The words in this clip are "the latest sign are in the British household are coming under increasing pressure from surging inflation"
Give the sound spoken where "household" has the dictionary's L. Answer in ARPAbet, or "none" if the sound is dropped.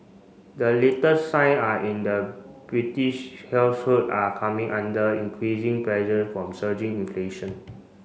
none